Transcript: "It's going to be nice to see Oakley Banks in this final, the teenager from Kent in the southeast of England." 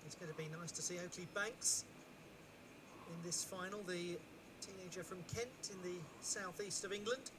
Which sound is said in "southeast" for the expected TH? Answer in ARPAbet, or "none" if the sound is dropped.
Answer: TH